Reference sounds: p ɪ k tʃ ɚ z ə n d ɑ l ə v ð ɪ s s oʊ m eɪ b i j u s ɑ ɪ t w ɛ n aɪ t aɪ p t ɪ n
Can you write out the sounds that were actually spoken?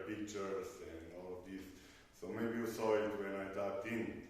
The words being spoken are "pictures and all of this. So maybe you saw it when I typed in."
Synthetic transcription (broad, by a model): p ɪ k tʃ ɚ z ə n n ɑ l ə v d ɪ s s oʊ m eɪ b i j u s ɑ ɪ t w ɛ n aɪ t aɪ t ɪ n